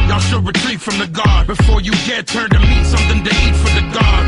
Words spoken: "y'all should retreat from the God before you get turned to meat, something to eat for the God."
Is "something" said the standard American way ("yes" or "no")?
yes